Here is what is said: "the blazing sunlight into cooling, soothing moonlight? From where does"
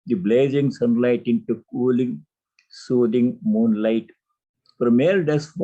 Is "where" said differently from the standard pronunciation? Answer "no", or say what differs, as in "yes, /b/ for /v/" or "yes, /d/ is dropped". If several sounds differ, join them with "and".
yes, /l/ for /ɹ/